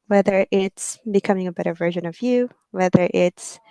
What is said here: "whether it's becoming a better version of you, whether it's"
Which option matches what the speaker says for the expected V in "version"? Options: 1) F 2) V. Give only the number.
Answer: 2